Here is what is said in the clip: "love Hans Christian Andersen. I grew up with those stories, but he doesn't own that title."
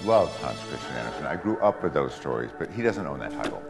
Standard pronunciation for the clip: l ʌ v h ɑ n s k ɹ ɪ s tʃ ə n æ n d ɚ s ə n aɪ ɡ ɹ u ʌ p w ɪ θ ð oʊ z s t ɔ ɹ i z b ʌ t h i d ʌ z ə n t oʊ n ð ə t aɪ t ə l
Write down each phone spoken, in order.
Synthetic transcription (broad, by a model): l ʌ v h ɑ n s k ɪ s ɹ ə æ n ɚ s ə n aɪ ɡ ɹ u ʌ p w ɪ ð oʊ z s t ɔ ɹ i z b ʌ t h i d ʌ z ə n t oʊ n ð ə t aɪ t l